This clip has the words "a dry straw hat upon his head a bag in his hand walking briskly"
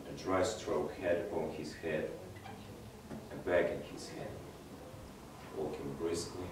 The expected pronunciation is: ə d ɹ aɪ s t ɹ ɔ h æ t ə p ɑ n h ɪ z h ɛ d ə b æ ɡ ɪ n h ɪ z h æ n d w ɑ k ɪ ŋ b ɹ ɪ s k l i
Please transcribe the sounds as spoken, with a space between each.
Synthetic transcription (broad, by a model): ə d ɹ aɪ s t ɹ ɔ h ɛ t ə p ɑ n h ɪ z h ɛ d ə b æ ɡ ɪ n h ɪ z h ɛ d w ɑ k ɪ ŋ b ɹ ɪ s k l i